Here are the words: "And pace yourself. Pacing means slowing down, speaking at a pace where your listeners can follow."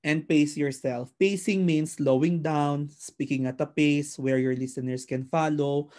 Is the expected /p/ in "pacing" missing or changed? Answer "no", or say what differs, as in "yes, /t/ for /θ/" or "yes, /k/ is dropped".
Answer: no